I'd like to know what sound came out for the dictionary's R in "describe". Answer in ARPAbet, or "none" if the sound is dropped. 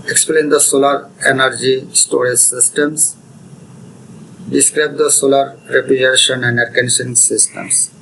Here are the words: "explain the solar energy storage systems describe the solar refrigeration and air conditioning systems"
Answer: R